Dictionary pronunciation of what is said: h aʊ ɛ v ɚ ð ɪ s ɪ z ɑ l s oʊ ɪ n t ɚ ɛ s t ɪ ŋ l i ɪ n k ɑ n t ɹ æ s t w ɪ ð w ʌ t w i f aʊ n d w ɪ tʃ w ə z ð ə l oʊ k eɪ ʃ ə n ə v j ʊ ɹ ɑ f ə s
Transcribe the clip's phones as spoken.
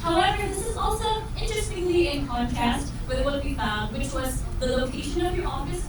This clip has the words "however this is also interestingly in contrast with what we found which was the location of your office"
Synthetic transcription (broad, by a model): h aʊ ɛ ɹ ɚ ð ɪ s ɪ z ɑ l s oʊ ɪ n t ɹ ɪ s t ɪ ŋ l i ɪ n k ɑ n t æ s t w ɪ ð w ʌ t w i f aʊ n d w ɪ tʃ w ə z ð ə l oʊ k eɪ ʃ ə n ə v j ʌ ɹ ɑ f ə s